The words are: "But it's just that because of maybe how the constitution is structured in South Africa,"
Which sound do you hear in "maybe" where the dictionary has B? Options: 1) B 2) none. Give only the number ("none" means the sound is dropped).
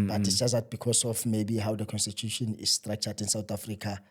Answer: 1